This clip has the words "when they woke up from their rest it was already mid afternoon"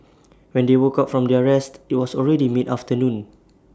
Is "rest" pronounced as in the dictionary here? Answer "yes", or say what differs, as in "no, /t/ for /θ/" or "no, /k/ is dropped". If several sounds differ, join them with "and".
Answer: yes